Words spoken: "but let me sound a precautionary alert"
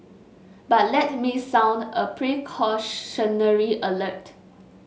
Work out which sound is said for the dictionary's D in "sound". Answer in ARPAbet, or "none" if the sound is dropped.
D